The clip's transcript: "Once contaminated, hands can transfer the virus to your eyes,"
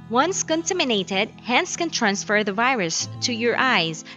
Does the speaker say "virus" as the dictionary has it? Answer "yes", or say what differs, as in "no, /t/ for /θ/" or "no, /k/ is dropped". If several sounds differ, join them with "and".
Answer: yes